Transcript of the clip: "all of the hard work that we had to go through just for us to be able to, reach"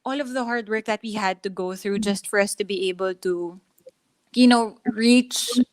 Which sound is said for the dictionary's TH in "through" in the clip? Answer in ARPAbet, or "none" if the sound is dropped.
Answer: TH